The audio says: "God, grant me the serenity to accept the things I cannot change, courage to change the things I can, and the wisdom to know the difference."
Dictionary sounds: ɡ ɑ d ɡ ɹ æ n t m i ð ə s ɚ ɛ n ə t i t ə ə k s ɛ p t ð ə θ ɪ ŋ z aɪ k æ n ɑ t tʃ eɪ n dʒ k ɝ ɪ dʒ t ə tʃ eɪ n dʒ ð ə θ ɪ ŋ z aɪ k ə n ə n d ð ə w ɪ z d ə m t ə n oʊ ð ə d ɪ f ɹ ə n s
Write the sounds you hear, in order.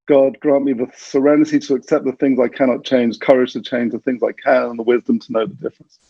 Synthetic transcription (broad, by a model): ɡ ɑ d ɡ ɹ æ n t m i ð ə s ɚ ɛ n ə t i t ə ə k s ɛ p ð ə θ ɪ ŋ z aɪ k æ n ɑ t tʃ eɪ n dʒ k ɝ ɪ dʒ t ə tʃ eɪ n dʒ ð ə θ ɪ ŋ z aɪ k ə n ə n ð ə w ɪ z d ə m t ə n oʊ ð ə d ɪ f ɹ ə n s